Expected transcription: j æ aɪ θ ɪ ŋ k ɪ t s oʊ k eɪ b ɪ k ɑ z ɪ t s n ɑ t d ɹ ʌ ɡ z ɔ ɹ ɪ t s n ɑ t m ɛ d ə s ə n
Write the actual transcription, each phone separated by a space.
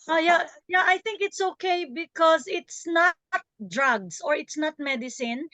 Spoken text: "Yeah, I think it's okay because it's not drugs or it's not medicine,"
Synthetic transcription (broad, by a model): j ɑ aɪ θ ɪ ŋ k ɪ t s oʊ k eɪ b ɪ k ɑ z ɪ t s n ɑ t d ɹ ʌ ɡ s ɔ ɹ ɪ t s n ɑ t m ɛ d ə s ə n